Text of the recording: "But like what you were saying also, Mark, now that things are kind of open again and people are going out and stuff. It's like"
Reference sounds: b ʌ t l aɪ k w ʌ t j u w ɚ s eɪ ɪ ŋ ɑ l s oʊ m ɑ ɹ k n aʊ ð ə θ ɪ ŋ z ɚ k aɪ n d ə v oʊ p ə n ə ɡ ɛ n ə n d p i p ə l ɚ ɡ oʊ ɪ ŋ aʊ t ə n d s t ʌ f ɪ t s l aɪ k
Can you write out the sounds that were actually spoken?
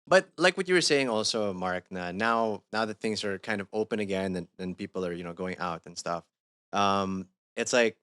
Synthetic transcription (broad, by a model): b ʌ t l aɪ k w ʌ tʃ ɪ w ɚ s eɪ ɪ ŋ ɑ l s oʊ m ɑ ɹ k n aʊ ð ə θ ɪ ŋ z ɚ k aɪ n d ə v oʊ p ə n ə ɡ ɛ n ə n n p i p l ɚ ɡ oʊ ɪ ŋ aʊ t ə n s t ʌ f ɪ t s l aɪ k